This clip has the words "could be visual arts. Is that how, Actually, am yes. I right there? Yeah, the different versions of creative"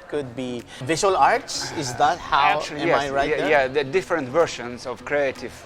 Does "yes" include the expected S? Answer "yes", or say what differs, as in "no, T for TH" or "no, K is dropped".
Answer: no, S is dropped